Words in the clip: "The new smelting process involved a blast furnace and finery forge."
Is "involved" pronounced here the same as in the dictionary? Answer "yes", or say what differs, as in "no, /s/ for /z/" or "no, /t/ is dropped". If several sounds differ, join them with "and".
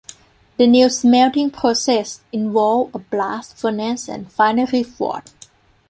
no, /d/ is dropped